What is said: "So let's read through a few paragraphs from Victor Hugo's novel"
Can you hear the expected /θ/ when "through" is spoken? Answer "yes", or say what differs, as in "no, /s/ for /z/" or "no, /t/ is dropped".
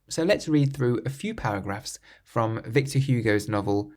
yes